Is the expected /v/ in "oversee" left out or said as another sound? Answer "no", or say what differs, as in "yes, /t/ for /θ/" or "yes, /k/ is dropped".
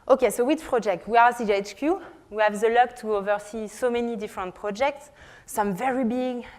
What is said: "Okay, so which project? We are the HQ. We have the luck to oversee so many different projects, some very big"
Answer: no